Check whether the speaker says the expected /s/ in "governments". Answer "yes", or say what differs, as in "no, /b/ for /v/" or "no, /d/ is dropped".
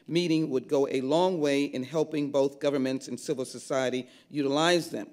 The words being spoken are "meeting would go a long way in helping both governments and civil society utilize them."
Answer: yes